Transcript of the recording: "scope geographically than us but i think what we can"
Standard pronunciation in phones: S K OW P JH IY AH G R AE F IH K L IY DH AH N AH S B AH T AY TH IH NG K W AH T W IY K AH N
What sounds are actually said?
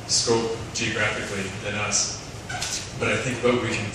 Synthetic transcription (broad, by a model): S K OW P JH IY AH G R AE F IH K L IY DH AH N AH S B AH T AY TH IH NG K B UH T W IY K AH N